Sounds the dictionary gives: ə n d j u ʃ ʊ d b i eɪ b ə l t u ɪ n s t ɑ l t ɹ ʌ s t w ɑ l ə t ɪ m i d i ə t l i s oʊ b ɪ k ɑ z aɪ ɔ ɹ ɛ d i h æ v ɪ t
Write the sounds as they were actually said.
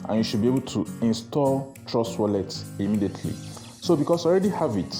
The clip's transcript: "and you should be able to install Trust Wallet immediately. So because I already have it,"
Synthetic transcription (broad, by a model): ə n j u ʃ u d b i eɪ b ə l t u ɪ n s t ɑ l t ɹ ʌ s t w ɑ l ə t ɪ m i d i ə t l i s oʊ b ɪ k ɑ s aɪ ɔ ɹ ɛ d i h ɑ v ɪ t